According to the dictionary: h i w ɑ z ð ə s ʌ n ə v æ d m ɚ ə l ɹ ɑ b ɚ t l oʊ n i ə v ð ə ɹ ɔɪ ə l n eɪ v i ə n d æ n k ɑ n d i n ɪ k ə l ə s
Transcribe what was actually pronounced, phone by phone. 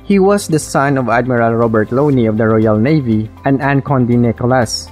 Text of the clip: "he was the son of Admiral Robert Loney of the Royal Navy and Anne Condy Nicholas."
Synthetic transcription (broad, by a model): h i w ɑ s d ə s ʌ n ə v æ d m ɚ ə l ɹ ɑ b ɚ t l oʊ n i ə v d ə ɹ ɔɪ ə l n eɪ v i ə n d æ n k ɑ n d i n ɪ k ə l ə s